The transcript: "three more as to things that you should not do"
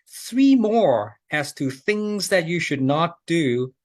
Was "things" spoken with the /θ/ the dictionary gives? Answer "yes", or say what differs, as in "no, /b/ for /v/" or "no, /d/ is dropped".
yes